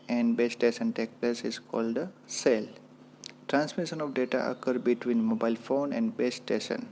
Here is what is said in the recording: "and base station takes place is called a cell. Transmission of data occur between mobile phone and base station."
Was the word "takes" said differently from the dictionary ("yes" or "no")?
yes